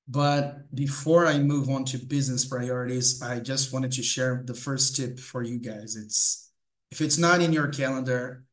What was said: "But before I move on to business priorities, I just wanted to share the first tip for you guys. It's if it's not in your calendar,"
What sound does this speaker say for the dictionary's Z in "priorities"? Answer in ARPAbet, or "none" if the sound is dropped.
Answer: Z